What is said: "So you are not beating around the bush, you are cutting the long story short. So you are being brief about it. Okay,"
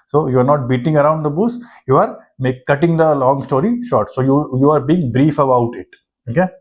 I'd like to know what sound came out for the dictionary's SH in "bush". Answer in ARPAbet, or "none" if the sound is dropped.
S